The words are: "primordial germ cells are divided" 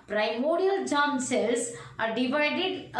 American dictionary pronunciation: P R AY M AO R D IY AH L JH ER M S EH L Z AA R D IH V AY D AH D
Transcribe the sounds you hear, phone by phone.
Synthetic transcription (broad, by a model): P R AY M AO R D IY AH L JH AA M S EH Z AA R D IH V AY D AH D